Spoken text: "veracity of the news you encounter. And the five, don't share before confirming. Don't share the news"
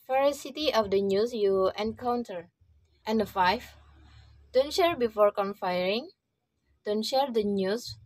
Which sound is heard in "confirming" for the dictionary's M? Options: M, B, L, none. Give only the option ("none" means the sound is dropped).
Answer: none